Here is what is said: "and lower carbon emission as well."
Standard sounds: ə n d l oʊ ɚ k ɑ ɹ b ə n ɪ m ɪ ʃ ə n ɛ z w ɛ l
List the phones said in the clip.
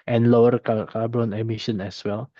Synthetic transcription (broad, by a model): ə n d l oʊ ɚ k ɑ l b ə n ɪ m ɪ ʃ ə n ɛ s w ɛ l